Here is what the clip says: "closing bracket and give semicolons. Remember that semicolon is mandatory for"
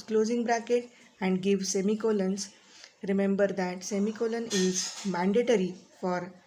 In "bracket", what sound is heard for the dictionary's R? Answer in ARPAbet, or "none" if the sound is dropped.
R